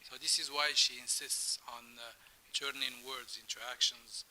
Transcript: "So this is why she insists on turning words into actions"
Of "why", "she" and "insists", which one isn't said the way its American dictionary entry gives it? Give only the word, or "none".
none